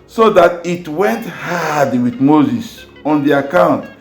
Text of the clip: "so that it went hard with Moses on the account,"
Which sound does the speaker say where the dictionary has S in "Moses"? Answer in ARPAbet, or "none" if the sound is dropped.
S